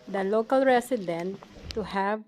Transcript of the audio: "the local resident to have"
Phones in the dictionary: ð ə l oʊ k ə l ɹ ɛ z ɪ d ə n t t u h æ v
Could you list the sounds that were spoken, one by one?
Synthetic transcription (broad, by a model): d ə l oʊ k ə l ɹ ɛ s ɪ d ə n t t u h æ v